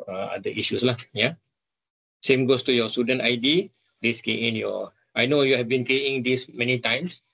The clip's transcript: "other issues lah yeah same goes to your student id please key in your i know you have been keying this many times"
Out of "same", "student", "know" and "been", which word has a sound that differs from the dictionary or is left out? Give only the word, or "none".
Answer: none